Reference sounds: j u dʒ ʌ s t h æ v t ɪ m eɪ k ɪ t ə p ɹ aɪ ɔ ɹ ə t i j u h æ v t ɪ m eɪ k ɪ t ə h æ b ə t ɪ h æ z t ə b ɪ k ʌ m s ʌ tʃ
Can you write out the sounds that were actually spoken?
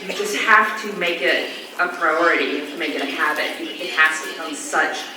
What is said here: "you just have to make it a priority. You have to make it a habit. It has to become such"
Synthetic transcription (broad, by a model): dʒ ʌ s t h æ f t ɪ m eɪ k ɪ t ə p ɹ aɪ ɔ ɹ ə t i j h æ f t ɪ m eɪ k ɪ t ə h æ b ə t ɪ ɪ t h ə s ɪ ʌ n s ʌ tʃ